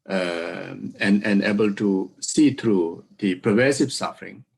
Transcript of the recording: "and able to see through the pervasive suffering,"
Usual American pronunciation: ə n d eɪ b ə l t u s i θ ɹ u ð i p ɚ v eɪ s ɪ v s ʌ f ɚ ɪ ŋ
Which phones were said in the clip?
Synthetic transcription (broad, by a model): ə n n eɪ b ə l t u s i t ɹ u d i p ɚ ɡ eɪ s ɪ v s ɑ f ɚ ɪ ŋ